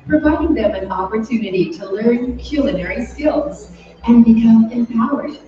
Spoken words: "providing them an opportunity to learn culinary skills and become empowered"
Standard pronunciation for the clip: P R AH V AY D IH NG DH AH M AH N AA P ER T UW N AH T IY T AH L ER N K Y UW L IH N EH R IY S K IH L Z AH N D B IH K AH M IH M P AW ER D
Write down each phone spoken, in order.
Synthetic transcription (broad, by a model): P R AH V AY D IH NG DH AH M AH N AA P ER T UW N AH T IY T AH L ER N K Y UW L IH N EH R IY S K IH L Z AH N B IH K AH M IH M P AW ER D